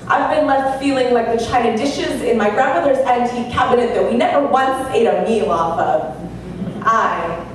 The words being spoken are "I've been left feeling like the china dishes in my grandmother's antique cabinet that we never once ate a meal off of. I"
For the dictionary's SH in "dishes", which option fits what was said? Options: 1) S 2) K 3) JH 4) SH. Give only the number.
4